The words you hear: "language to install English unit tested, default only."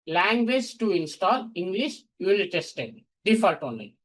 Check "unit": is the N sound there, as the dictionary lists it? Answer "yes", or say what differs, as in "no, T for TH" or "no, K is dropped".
no, N is dropped